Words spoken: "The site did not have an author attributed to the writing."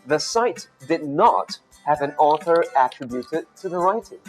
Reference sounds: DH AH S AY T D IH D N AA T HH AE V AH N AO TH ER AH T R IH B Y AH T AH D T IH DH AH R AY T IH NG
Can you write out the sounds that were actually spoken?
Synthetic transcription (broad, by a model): DH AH S AY T D IH D N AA T HH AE V AH N AO TH ER AH T R IH B Y AH T AH D T IH DH AH R AY T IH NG